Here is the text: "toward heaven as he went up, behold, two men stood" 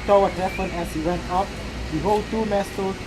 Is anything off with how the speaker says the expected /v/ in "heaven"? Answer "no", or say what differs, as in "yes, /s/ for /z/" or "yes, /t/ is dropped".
yes, /p/ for /v/